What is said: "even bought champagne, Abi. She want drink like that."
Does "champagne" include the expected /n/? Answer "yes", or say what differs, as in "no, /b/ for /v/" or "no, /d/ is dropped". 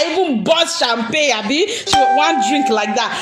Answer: no, /n/ is dropped